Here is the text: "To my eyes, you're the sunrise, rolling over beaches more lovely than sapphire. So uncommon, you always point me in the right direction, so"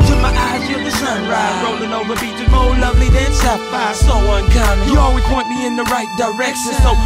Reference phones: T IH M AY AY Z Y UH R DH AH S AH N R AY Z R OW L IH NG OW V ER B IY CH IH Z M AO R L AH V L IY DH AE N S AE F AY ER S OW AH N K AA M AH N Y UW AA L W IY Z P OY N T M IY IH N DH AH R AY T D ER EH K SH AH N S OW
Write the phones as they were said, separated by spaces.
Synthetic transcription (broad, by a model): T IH M AY AY Z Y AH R DH AH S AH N R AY R OW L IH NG OW V ER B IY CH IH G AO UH L AH V L IY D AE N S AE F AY S OW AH N K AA AH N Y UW AA L W IY Z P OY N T M IY IH N DH AH R AY T D ER EH K SH AH N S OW